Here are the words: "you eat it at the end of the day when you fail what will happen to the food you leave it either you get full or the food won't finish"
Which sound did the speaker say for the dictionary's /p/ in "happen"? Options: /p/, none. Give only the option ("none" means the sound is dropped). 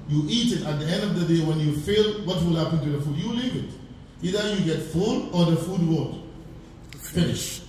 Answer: /p/